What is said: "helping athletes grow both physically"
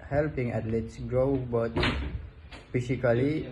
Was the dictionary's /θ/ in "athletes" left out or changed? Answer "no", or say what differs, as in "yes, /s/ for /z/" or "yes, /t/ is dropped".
yes, /t/ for /θ/